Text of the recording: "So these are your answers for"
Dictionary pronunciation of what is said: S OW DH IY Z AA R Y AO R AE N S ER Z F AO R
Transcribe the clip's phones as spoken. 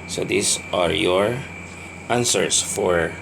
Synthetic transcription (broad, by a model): S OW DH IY S AA R Y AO R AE N S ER S F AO R